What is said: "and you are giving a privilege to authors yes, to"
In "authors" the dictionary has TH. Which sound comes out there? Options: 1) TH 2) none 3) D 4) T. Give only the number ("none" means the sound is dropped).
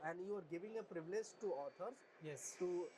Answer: 4